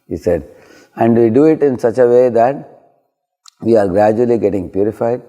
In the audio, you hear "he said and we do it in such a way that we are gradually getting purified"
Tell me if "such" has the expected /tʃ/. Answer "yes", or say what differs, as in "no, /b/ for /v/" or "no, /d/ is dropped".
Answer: yes